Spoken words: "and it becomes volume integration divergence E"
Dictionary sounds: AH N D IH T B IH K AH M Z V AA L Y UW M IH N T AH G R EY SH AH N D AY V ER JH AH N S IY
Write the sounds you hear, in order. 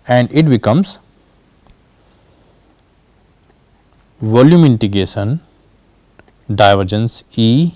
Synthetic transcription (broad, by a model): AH N D IH T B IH K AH M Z V AA L Y UW M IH N T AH G EY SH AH N D AY V ER JH AH N S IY